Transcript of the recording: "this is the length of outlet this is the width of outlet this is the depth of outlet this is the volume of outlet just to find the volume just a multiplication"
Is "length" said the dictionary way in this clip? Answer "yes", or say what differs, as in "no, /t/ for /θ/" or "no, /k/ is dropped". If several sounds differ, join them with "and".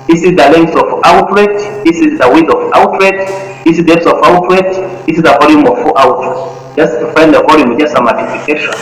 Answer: no, /s/ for /θ/